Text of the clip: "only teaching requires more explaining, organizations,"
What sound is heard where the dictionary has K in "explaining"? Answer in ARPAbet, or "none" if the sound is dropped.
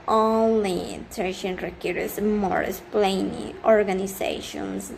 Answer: none